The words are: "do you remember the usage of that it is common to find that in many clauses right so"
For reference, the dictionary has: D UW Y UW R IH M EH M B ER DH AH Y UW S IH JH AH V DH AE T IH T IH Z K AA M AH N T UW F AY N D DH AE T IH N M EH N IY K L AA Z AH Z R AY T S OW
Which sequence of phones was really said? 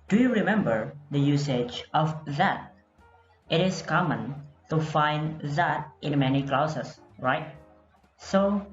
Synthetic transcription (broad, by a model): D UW Y UW R IH M EH M B ER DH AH Y UW S IH JH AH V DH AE T IH T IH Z K AA M AH N T UW F AY N D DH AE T IH N M EH N IY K L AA S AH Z R AY T S OW